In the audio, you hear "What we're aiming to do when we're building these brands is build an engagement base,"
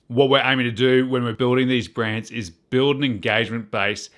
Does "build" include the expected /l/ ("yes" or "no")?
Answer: yes